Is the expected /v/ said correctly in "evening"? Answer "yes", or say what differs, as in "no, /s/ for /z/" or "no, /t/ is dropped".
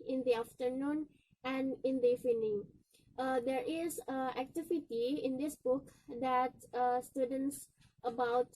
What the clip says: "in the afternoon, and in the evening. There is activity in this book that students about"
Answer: no, /v/ is dropped